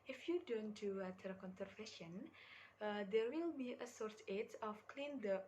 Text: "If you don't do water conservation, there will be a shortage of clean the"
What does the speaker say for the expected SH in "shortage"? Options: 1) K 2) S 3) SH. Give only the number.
2